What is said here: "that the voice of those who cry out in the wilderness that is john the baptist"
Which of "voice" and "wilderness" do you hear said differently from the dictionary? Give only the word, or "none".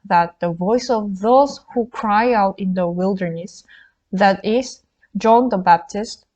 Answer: none